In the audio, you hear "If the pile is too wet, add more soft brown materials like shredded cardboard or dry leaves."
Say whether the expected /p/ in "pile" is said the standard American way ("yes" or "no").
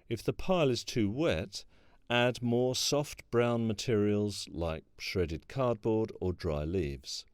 yes